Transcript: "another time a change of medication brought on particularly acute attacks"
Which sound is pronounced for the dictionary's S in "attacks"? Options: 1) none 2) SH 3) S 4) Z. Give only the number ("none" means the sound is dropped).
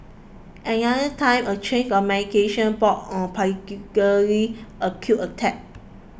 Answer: 1